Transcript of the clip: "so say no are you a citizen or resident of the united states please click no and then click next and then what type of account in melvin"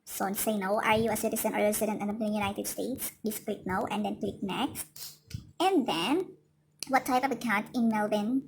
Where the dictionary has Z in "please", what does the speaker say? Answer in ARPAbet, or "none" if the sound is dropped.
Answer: S